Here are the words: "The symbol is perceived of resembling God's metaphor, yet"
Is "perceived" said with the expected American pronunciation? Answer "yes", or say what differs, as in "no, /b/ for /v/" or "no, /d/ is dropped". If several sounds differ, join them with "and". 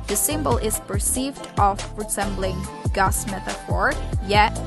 yes